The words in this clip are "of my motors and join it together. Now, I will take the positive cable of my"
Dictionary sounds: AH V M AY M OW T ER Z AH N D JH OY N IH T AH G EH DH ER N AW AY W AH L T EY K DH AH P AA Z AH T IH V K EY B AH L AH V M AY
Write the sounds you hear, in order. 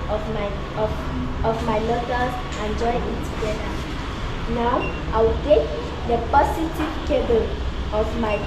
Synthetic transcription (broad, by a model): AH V M AY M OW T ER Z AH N JH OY IH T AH G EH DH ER N AW AY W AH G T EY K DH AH P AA S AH T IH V K EY B AH L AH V M AY